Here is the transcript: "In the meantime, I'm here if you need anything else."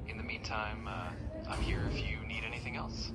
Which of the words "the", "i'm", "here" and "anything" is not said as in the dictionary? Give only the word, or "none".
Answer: none